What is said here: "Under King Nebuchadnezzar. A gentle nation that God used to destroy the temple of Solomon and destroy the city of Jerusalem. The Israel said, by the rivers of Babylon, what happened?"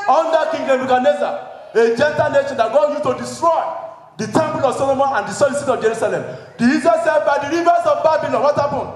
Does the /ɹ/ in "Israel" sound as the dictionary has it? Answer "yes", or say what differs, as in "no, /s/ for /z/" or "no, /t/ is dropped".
no, /ɹ/ is dropped